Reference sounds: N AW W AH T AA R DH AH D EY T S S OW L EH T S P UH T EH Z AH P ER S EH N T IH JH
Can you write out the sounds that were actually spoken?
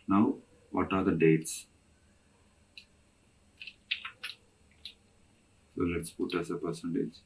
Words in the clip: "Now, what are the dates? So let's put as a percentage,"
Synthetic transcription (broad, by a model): N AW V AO T AA R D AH D EY T S S OW L EH T S P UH T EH S AH P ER S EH N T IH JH